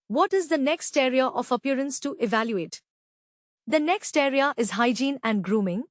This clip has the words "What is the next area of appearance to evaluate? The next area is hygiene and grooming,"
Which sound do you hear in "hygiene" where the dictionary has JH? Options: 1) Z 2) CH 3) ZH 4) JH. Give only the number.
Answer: 4